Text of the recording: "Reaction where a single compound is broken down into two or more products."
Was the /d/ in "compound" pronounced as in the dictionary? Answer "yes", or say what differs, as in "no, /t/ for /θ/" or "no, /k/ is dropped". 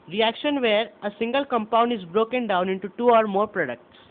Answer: yes